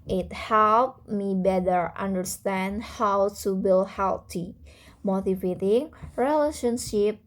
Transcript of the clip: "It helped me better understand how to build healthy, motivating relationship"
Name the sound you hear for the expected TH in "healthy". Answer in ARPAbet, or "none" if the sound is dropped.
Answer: T